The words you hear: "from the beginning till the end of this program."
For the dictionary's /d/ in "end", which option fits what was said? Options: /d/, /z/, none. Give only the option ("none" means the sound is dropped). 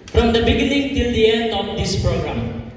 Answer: none